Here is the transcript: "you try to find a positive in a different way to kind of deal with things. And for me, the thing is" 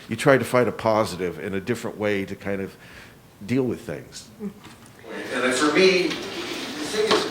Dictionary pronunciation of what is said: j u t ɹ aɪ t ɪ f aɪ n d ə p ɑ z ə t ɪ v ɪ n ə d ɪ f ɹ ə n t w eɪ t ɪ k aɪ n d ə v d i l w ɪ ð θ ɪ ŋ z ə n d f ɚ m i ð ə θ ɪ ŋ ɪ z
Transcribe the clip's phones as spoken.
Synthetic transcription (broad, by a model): j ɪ t ɹ aɪ t ɪ f aɪ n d ə p ɑ z ə t ɪ v ɪ n ə d ɪ f ɹ ə n t w eɪ t ɪ k aɪ n d ə v d i l w ɪ ð θ ɪ ŋ z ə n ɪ f ɚ m i ð ə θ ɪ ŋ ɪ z